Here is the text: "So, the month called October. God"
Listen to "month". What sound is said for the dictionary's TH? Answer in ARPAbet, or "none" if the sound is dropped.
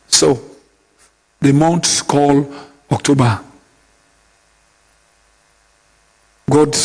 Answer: S